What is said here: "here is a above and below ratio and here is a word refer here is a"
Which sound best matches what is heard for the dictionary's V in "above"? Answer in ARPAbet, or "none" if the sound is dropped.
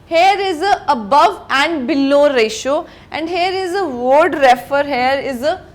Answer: V